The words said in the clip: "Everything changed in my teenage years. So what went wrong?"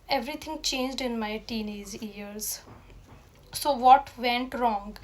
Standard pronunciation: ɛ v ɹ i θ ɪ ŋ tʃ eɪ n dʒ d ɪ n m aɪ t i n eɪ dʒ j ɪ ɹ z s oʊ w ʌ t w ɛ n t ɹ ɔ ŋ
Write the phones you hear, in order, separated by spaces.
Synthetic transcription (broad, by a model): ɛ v ɹ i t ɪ ŋ tʃ eɪ n dʒ d ɪ n m aɪ t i n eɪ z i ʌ ɹ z s oʊ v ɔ t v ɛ n t ɹ ɔ ŋ